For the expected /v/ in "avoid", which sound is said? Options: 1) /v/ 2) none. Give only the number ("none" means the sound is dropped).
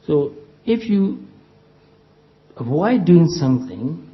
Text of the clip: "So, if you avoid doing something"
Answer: 2